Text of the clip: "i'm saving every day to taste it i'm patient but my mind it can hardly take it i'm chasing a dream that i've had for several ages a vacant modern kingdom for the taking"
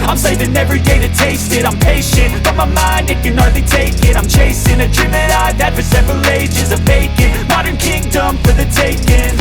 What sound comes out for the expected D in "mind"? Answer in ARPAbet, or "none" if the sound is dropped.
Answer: D